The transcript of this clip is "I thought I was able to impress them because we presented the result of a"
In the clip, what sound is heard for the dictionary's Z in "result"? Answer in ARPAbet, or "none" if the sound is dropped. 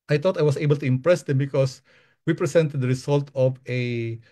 S